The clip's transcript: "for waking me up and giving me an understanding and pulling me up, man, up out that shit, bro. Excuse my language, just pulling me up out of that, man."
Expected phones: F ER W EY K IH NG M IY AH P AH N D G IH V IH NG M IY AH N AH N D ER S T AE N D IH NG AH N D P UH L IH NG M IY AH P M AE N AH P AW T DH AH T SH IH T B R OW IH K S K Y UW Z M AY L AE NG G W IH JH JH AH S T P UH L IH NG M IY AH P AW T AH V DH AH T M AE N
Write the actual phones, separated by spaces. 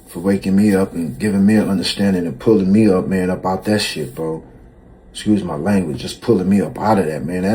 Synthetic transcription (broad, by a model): F ER W EY K IH NG M IY AH P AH N G IH V IH NG M IY AH N AH N D ER S T AE N D IH NG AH N P UH L IH NG M IY AH P M AE N AH P AW T DH AH T SH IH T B OW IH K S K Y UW Z M AY L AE NG G W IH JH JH AH S P UH L IH NG M IY AH P AW T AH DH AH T M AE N